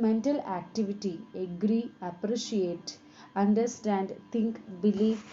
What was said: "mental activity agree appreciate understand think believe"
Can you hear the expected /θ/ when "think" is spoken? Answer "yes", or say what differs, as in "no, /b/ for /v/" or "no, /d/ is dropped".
no, /t/ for /θ/